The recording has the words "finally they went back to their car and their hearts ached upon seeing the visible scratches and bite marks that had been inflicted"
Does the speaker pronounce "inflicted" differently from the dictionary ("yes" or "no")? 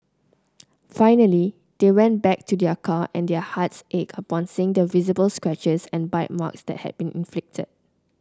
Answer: no